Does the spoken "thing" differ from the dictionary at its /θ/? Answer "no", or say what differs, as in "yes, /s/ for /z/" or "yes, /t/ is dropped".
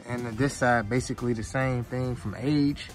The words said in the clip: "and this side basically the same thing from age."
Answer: no